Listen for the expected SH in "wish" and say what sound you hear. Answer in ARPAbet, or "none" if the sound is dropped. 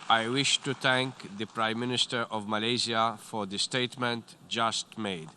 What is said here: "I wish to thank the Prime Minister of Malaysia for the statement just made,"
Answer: SH